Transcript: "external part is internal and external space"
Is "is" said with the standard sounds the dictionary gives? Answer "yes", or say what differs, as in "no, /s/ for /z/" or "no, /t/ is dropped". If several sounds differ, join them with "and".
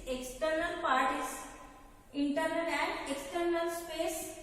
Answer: no, /s/ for /z/